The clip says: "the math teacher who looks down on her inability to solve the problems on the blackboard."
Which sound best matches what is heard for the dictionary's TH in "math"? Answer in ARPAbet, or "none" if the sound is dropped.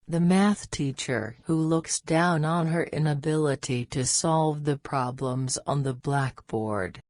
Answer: TH